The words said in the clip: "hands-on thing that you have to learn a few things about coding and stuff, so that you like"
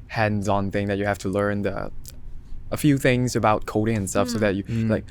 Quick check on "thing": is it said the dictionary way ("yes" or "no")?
yes